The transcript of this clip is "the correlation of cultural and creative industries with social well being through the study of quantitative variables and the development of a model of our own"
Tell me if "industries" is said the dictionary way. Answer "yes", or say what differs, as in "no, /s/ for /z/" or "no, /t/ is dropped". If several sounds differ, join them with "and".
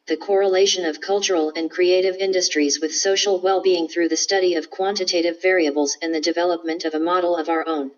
yes